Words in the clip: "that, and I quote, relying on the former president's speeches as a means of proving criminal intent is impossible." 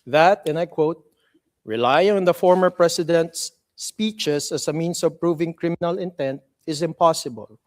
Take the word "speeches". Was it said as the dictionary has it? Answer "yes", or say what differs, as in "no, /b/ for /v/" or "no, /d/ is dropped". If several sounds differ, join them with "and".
no, /s/ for /z/